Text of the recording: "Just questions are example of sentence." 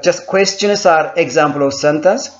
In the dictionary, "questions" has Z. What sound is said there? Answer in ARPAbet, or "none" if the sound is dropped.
S